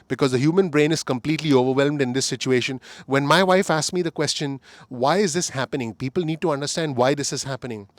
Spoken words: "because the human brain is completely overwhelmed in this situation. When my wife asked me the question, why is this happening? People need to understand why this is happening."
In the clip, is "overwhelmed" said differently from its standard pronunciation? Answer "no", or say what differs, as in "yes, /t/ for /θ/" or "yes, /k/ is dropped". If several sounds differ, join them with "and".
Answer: no